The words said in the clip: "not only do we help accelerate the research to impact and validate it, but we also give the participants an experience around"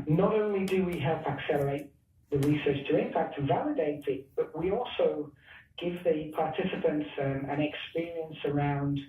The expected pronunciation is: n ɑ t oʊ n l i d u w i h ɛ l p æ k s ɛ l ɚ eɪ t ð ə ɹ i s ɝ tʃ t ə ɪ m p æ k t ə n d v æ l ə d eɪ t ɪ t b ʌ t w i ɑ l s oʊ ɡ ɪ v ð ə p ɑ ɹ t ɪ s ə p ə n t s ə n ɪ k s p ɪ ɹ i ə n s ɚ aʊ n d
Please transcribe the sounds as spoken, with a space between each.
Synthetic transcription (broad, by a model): n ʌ t oʊ n l i d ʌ w i h ɛ l p æ k s ɛ l ɚ eɪ t ð ə ɹ i s ɝ tʃ t ə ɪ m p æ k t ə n v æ l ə d eɪ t ɪ t b ʌ t w i ɑ l s oʊ ɡ ɪ v ð ə p ɑ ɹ t ɪ s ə p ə n t s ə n ɪ k s p ɪ ɹ i ə n s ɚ aʊ n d